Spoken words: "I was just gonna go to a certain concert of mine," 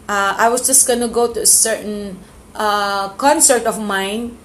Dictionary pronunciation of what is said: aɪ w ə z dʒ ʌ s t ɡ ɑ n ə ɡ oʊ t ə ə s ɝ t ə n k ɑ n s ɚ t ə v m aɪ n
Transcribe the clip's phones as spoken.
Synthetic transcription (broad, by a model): aɪ w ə s dʒ ʌ s t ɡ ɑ n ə ɡ oʊ t ə ə s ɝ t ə n k ɑ n s ɚ t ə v m aɪ n